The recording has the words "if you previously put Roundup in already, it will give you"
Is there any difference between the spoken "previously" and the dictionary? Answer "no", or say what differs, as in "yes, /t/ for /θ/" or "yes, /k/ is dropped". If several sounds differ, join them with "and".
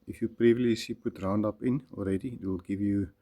yes, /l/ is dropped